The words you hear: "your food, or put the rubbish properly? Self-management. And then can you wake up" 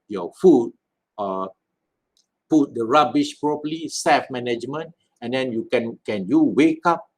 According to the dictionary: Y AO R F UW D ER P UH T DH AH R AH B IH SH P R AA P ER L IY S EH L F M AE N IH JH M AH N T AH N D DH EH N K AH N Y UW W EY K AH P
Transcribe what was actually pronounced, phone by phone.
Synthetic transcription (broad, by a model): Y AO F UW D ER P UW T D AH R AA B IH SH P R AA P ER L IY S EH F M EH N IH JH M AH N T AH N D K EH N K AH N Y UW W EY K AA P